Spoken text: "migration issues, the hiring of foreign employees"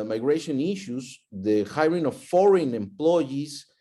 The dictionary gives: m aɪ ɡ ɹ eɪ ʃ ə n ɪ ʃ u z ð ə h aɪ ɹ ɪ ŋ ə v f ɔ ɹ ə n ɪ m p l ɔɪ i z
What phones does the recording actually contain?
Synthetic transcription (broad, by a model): m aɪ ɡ ɹ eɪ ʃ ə n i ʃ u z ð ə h aɪ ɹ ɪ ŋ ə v f ɔ ɹ ə n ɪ m p l ɔɪ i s